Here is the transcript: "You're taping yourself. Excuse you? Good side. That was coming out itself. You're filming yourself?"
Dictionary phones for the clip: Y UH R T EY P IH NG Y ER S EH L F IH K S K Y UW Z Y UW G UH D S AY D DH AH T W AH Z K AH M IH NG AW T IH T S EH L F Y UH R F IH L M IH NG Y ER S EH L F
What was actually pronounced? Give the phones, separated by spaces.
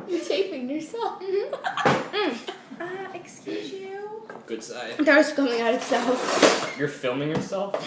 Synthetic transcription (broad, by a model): Y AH R T EY P IH NG Y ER S EH L F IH K S K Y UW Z Y UW G UH D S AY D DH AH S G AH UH IH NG AW T IH T S EH L F Y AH R F IH L M IH NG Y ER S EH L F